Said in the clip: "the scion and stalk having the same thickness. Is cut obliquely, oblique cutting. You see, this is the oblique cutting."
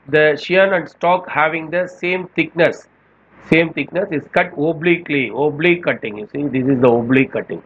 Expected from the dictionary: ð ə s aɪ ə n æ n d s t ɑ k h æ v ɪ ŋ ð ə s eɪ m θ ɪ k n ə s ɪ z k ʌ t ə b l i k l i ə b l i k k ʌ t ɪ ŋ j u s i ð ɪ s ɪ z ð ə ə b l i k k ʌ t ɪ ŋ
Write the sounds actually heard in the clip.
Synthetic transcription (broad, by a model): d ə ʃ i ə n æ n d s t ɑ k h æ v ɪ ŋ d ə s eɪ m t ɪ k n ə s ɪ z k ʌ t ə b l i k l i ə b l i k k ʌ t ɪ ŋ j u s i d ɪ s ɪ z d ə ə b l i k k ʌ t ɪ ŋ